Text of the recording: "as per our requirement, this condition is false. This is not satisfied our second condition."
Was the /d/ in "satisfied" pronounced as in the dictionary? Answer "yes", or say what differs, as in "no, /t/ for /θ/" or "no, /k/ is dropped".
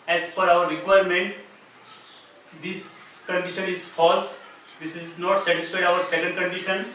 no, /d/ is dropped